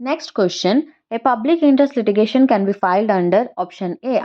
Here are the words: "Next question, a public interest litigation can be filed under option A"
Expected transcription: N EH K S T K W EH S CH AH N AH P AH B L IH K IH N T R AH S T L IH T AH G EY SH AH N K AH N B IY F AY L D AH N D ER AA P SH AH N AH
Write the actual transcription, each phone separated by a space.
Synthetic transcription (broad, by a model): N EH K S T K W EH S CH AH N AH P AH B L IH K IH N T R AH S T L IH T AH G EY SH AH N K AH N B IY F AY L D AH N D ER AA P SH AH N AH